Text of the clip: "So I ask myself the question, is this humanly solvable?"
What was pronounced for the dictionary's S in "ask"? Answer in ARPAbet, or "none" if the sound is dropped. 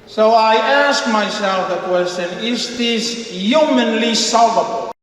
S